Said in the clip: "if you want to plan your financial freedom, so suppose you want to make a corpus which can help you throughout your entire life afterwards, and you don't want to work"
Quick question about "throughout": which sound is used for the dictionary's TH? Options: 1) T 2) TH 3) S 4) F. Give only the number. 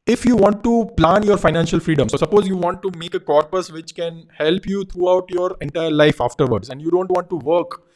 1